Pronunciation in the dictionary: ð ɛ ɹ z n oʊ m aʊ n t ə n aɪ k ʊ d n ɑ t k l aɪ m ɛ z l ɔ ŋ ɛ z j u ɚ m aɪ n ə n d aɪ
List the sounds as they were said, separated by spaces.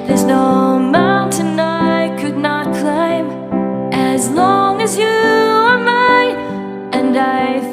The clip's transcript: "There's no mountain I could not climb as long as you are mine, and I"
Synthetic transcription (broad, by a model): ð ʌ ɹ z n oʊ m aʊ n t ə n aɪ k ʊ d n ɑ t k l aɪ m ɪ z l ɔ ŋ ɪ z j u ɚ m aɪ ə n aɪ